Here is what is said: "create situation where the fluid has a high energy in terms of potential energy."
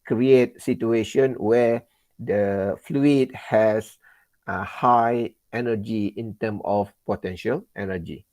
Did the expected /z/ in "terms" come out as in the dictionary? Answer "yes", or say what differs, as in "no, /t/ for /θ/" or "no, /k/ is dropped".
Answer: no, /z/ is dropped